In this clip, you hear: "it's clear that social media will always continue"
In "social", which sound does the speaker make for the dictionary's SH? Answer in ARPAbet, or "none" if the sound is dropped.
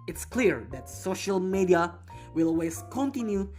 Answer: SH